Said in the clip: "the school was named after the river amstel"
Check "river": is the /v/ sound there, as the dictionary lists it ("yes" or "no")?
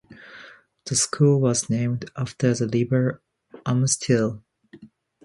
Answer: no